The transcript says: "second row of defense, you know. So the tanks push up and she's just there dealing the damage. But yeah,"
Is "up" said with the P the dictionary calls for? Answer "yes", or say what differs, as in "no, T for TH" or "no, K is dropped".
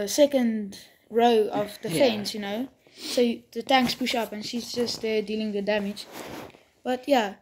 yes